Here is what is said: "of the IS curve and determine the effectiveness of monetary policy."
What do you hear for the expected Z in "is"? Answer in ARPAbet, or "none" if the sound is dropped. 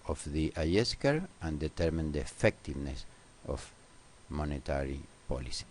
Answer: S